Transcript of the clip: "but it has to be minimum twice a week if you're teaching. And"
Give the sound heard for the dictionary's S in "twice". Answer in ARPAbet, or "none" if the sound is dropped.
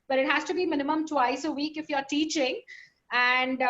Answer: S